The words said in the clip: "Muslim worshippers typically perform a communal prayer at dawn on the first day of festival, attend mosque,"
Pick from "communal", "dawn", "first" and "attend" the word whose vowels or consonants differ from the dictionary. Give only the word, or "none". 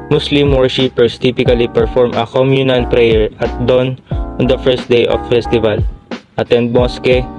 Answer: communal